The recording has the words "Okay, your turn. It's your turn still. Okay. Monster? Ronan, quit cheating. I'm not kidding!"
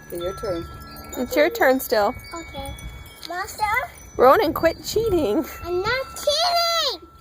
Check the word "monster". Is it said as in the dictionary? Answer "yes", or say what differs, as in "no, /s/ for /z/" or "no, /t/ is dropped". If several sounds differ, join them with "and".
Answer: no, /n/ is dropped